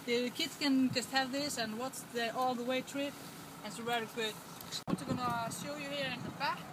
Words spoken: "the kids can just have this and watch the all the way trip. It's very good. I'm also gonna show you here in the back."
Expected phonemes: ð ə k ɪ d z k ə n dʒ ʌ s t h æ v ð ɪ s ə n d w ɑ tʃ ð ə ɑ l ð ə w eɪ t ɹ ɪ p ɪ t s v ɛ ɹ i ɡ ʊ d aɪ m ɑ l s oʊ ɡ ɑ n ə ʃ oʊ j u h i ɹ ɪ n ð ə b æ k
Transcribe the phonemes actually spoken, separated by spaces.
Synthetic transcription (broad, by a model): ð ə k ɪ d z k ə n dʒ ʌ s t h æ v ð ɪ s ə n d w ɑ s ð ə ɑ l ð ə w eɪ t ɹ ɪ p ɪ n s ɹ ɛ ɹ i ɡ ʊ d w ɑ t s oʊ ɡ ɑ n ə ʃ oʊ j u h i ɹ ɪ n ð ə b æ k